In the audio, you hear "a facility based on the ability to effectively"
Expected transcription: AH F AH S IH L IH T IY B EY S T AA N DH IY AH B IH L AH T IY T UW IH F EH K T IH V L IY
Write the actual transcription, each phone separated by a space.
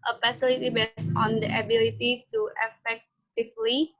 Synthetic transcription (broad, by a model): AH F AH S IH L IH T IY B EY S AA N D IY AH B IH L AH T IY T UW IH F EH K T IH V L IY